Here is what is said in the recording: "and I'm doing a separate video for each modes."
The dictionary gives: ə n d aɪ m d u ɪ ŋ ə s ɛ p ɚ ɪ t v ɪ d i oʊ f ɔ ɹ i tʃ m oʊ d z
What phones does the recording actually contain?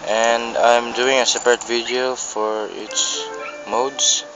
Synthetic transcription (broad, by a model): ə n d aɪ m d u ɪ ŋ ə s ɛ p ɚ ɪ t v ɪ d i oʊ f ɔ ɹ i s m oʊ d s